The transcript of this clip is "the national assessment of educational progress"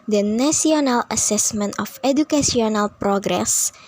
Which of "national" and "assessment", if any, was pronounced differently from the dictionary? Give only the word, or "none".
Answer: national